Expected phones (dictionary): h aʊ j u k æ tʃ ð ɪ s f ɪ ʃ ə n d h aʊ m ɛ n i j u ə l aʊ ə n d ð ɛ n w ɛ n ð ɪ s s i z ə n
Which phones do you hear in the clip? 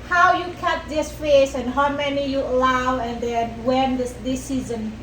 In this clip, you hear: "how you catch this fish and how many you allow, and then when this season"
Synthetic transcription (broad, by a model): h aʊ j u k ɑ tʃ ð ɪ s f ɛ s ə n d h aʊ m ɛ n i j u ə l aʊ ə n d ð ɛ n w ɛ n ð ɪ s s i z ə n